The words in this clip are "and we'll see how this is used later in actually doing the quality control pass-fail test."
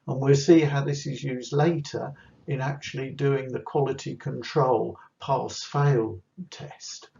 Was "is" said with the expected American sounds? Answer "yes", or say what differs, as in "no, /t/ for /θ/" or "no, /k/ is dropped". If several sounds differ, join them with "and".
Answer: yes